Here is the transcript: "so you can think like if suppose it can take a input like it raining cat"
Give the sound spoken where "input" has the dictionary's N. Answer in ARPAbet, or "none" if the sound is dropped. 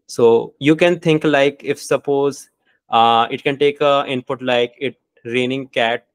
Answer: N